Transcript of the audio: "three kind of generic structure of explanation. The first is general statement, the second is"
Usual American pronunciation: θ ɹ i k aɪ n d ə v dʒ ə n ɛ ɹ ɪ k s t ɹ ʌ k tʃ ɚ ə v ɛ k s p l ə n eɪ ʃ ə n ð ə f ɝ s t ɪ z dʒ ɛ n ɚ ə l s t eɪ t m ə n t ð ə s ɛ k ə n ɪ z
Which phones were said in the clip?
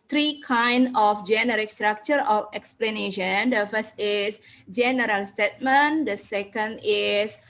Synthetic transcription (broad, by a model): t ɹ i k aɪ n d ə f dʒ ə n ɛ ɹ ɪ k s t ɹ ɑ k tʃ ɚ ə f ɛ k s p l ə n eɪ ʃ ə n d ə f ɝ s t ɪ s dʒ ɛ n ɚ ə l s t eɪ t m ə n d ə s ɛ k ə n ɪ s